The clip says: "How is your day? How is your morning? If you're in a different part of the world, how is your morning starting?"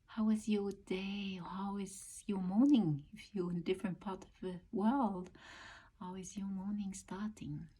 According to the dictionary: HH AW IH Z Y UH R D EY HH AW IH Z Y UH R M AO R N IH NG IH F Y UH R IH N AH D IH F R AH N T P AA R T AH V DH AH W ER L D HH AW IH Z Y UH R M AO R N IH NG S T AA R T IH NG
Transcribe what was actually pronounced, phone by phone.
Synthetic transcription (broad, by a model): HH AW IH Z Y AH R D EY HH AW IH Z Y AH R M AO R N IH NG IH F Y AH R IH N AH D IH F R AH N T P AA R T AH V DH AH W ER L D HH AW IH Z Y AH R M AO R N IH NG S T AA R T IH NG